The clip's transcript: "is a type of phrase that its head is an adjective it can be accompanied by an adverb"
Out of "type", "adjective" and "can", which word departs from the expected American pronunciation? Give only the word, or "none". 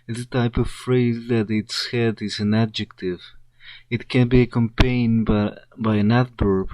none